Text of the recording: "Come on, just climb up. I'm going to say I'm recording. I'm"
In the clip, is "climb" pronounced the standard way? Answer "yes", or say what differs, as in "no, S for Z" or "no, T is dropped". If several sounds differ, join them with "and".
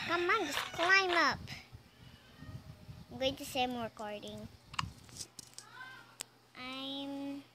yes